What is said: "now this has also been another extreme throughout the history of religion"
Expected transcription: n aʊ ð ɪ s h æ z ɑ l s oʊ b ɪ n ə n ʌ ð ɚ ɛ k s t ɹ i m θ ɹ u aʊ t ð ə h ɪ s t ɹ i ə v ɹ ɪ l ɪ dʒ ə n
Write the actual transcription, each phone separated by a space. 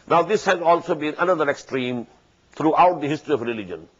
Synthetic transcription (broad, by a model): n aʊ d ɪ s h æ z ɑ l s oʊ b ɪ n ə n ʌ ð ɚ ɛ k s t ɹ i m t ɹ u aʊ t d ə h ɪ s t ɹ i ə v ɹ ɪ l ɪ dʒ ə n